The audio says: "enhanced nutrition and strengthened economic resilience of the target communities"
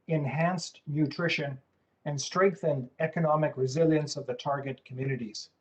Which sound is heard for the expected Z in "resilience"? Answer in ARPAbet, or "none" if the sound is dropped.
Z